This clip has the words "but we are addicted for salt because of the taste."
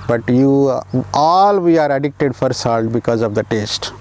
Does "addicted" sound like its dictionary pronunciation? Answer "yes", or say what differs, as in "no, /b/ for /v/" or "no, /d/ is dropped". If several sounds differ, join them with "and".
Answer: yes